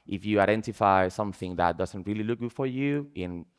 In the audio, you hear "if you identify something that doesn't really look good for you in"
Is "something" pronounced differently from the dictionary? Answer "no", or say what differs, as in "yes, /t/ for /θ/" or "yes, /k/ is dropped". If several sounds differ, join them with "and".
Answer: no